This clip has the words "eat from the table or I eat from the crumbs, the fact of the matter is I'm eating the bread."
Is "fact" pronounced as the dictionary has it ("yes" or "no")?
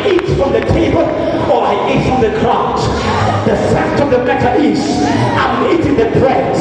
no